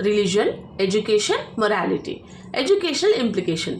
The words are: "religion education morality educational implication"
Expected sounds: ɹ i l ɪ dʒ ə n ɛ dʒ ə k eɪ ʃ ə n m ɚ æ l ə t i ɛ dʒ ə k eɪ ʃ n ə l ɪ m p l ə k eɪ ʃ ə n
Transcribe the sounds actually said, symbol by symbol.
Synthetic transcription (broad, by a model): ɹ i l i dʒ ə n ɛ dʒ ə k eɪ ʃ ə n m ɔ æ l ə t i ɛ dʒ ə k eɪ ʃ n ə l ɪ m p l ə k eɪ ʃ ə n